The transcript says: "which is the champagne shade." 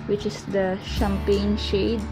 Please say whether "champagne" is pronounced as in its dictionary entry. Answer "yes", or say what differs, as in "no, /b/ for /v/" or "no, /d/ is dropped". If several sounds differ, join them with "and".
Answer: yes